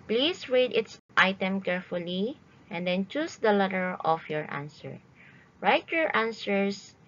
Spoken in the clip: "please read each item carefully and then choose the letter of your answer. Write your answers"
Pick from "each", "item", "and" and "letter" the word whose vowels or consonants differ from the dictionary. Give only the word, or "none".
each